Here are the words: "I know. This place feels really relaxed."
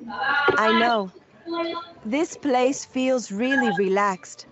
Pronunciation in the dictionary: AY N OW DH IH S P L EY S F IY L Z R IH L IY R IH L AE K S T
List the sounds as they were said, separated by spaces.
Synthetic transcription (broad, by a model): AY N OW DH IH S P L EY S F IY L Z R IH L IY R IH L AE K S T